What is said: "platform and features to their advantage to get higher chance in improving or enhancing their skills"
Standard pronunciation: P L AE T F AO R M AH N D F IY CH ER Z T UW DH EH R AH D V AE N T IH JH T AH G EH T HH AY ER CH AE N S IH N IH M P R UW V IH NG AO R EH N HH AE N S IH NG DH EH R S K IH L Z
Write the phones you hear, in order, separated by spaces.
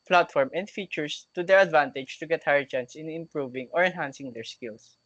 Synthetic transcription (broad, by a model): P L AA T F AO R M AH N D F IY CH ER S T UW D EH R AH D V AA N T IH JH T AH G EH T HH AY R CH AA N S IH N IH M P R UW V IH NG AO R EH N HH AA N S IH NG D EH R S K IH L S